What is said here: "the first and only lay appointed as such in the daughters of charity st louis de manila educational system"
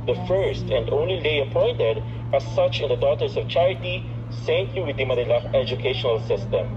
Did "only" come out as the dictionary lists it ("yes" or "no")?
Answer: yes